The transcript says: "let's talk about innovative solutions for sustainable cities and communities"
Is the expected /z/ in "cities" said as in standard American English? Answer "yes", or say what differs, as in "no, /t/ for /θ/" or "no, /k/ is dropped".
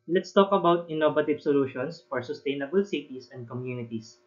no, /s/ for /z/